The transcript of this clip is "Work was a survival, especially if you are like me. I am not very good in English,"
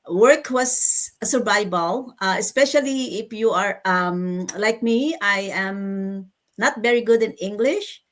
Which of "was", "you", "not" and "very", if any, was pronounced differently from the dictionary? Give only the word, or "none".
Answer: was